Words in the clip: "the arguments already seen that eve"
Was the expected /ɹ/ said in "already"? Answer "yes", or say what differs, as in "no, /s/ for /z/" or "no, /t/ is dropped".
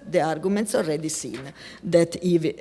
yes